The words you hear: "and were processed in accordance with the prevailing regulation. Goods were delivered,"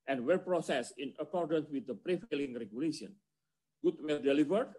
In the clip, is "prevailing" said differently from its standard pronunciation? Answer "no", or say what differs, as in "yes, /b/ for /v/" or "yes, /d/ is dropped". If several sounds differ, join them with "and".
yes, /f/ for /v/